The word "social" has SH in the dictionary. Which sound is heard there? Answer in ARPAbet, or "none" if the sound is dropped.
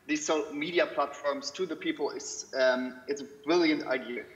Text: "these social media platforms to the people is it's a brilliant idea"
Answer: none